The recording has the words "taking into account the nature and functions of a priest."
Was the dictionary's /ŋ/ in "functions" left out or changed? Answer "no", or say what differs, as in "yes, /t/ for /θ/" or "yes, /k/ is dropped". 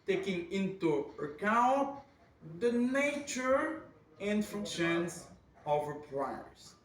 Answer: yes, /ŋ/ is dropped